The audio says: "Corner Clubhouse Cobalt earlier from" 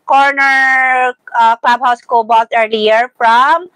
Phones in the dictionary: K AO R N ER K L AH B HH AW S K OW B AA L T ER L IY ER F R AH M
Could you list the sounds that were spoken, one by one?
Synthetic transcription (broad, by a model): K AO R N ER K L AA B HH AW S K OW B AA T ER L IY ER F R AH M